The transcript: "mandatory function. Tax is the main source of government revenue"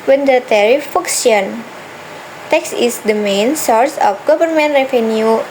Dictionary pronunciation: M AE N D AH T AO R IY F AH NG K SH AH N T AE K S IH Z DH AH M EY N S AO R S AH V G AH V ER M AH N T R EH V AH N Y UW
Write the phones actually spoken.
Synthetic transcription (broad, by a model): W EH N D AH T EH R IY F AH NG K S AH N T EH K S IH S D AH M EY N S AO R S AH F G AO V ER M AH N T R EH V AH N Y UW